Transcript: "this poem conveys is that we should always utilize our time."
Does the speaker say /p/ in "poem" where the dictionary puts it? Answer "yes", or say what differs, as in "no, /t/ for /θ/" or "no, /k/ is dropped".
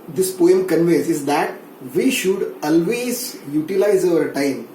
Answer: yes